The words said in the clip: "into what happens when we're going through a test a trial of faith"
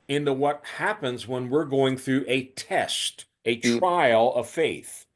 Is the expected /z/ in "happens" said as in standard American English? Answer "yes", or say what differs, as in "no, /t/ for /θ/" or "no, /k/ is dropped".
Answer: yes